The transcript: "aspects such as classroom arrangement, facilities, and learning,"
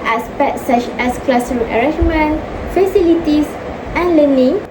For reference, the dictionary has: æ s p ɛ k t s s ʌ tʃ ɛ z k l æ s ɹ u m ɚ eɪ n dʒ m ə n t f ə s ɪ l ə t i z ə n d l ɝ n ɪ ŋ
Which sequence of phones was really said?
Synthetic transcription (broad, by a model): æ s p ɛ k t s s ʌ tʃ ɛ s k l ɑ s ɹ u ɚ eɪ dʒ m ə n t f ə s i l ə t i s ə n l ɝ n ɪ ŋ